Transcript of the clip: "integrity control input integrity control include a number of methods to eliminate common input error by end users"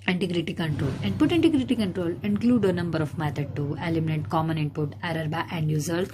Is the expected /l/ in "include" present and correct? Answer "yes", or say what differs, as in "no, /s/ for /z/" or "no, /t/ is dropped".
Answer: yes